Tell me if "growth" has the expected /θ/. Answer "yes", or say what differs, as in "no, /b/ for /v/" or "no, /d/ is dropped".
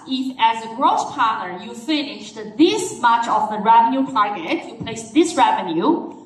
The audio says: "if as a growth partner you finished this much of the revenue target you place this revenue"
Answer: no, /s/ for /θ/